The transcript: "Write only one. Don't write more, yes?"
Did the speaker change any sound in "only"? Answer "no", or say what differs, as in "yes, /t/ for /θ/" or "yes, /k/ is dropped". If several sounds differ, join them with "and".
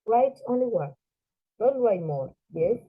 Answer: yes, /l/ is dropped